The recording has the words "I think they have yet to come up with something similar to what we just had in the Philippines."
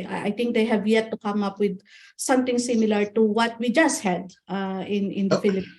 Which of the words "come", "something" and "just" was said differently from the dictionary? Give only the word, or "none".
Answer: something